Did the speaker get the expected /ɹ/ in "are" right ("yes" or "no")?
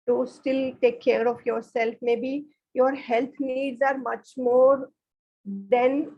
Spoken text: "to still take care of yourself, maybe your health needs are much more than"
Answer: yes